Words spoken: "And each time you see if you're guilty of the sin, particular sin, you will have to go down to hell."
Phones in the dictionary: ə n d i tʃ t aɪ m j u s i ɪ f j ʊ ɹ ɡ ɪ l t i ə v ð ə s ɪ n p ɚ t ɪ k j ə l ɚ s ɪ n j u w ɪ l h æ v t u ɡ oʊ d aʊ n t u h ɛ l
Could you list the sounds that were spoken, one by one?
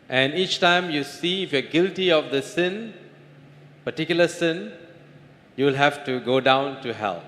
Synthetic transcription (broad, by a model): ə n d i tʃ t aɪ m j u s i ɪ f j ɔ ɡ ɪ l t i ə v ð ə s ɪ n p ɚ t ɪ k j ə l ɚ s ɪ n j u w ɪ l h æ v t u ɡ oʊ d aʊ n t u h ɛ l